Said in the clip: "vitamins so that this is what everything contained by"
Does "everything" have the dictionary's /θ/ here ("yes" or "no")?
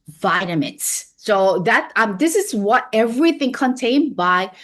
yes